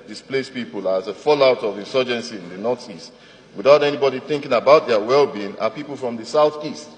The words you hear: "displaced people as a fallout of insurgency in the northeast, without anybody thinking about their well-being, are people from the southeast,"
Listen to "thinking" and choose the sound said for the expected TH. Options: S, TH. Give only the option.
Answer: TH